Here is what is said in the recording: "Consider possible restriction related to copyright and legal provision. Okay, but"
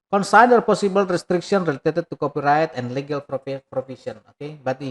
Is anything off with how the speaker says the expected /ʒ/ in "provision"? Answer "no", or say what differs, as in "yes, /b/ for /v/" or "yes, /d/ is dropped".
yes, /s/ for /ʒ/